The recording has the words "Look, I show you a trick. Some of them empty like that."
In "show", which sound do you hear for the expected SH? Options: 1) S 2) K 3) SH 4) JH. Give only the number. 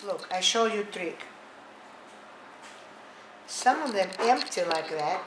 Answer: 3